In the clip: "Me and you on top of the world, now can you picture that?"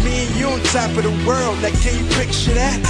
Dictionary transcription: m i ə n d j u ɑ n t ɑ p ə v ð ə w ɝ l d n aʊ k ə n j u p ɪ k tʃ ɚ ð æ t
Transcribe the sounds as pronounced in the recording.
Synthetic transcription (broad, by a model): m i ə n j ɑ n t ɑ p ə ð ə w ɝ l d l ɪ k ə n j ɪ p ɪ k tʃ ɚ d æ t